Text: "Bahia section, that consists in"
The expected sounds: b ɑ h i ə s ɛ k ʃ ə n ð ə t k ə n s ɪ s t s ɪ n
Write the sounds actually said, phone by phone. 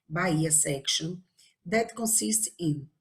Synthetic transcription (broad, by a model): b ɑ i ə s ɛ k ʃ ə n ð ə t k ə n s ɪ s t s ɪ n